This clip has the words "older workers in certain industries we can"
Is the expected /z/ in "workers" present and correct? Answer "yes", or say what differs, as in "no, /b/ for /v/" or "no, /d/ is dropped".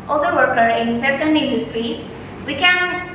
no, /z/ is dropped